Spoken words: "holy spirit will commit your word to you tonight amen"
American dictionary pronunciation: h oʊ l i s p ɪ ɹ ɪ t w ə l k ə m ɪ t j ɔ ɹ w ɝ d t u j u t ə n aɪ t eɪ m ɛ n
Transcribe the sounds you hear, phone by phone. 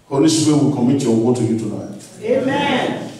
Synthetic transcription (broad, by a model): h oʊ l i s ɪ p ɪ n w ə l k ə m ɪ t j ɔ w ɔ t u j u t ə n aɪ t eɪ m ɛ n